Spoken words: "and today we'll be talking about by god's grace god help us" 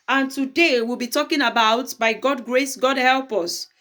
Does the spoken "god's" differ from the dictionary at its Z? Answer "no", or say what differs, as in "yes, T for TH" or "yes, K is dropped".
yes, Z is dropped